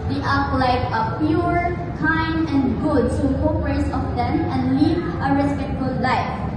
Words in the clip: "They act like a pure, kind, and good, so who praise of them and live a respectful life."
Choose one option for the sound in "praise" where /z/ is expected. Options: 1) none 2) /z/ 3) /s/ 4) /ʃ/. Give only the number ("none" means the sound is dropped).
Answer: 3